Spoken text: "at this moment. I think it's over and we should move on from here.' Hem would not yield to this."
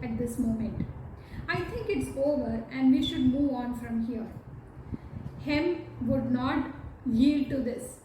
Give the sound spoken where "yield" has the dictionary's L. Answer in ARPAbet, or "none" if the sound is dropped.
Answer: L